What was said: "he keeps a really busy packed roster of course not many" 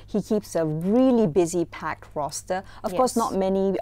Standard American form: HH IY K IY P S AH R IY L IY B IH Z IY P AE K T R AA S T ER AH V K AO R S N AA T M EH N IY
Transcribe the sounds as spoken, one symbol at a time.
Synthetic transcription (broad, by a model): HH IY K IY P S AH R IY L IY B IH Z IY P AE K T R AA S T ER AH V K AO S N AA T M EH N IY